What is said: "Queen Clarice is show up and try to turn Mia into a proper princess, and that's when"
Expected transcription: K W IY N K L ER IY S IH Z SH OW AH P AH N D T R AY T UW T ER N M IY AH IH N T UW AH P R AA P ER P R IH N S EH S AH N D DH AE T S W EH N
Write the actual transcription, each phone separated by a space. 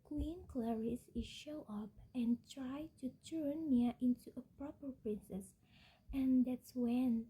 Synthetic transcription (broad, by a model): K W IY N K L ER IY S IH Z SH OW AH P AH N T R AY T UW T ER N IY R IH N T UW AH P R AA P ER P R IH N S EH S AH N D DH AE T S W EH N